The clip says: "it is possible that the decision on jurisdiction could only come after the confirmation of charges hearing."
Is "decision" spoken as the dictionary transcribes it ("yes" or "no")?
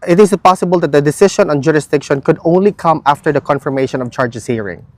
no